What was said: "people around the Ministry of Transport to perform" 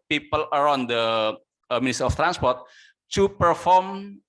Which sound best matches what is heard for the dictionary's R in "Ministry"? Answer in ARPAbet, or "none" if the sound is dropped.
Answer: none